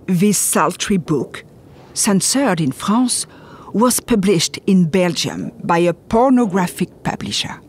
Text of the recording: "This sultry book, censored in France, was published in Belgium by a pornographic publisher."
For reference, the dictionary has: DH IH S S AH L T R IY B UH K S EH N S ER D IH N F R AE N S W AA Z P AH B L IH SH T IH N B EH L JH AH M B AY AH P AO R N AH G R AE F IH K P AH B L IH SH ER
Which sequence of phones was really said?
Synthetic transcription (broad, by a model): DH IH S S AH L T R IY B UH K S EH N S ER D IH N F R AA S W AA Z P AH B L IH SH T IH N B EH L JH AH M B AY AH P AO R N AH G R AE F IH K P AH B L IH SH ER